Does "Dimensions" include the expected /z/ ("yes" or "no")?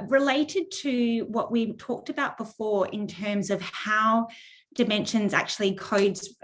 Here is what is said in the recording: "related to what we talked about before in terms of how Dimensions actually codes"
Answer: yes